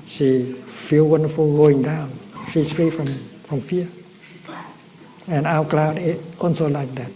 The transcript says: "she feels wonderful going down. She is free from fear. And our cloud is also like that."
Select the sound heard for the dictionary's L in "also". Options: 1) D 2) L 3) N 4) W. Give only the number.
3